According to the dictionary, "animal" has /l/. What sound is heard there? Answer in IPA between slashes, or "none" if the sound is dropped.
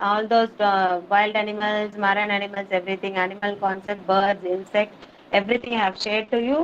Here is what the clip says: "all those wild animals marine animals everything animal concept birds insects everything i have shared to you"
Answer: /l/